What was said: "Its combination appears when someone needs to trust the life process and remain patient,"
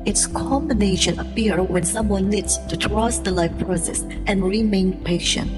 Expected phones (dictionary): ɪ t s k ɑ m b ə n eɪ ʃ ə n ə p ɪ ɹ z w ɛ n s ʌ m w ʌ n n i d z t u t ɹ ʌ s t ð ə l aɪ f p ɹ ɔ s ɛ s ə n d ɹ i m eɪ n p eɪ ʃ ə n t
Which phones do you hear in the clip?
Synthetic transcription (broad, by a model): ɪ t s k ɑ m b ə n eɪ ʃ ə n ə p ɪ ɹ w ɛ n s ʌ m w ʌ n n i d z t u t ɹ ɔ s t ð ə l aɪ f p ɹ ɔ s ɛ s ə n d ɹ i m eɪ n p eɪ ʃ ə n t